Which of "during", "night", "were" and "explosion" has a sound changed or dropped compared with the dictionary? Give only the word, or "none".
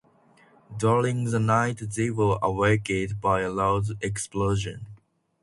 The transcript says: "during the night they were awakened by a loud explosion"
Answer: during